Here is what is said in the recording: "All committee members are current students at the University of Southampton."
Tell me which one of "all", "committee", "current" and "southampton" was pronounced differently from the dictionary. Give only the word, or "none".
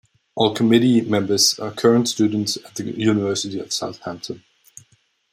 none